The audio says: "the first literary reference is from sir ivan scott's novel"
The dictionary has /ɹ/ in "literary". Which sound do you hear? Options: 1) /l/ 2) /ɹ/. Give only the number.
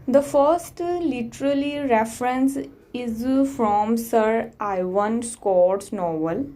1